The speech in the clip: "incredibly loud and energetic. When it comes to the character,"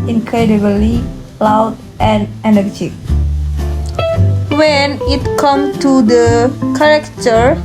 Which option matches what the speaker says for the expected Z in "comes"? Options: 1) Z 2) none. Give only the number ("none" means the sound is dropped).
2